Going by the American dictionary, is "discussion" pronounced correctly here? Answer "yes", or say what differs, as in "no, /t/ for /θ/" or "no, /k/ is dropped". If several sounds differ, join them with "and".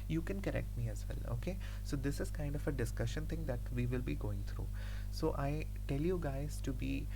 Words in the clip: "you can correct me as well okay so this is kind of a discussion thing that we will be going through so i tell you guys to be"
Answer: yes